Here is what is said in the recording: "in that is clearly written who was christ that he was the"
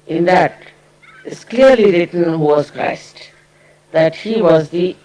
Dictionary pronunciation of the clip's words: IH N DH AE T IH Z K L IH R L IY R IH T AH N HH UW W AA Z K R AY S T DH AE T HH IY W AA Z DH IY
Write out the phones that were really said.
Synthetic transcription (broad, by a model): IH N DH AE T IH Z K L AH R L IY R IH T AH N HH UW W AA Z K R AY S T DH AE T HH IY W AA Z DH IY